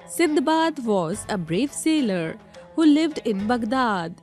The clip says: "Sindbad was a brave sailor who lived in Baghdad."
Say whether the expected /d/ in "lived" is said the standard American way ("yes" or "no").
yes